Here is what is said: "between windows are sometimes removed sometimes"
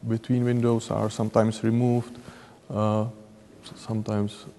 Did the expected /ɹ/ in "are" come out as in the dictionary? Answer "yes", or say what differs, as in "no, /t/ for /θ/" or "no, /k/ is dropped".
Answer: yes